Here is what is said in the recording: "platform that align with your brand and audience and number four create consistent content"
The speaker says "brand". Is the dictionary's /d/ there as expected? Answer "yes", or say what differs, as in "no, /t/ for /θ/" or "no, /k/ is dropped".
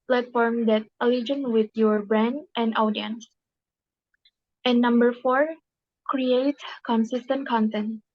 yes